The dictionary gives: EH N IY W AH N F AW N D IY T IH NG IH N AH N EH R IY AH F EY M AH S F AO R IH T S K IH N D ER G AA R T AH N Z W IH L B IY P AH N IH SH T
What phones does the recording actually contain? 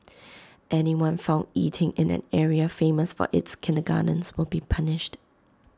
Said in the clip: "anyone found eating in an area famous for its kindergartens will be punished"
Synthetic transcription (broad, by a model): EH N IY W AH N F AW N D IY T IH NG IH N AH N EH R IY AH F EY M AH S F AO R IH T S K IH N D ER G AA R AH N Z W IH L B IY P AH N IH SH T